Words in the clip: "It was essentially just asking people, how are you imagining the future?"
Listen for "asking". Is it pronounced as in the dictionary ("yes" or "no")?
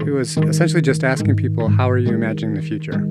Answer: yes